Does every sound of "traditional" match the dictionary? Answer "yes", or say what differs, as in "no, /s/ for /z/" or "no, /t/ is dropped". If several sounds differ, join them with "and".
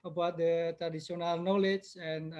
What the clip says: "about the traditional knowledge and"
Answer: no, /s/ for /ʃ/